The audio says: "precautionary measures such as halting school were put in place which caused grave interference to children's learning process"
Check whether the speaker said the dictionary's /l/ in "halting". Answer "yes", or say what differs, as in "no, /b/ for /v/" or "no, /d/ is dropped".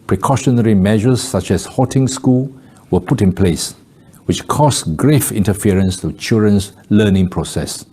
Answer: no, /l/ is dropped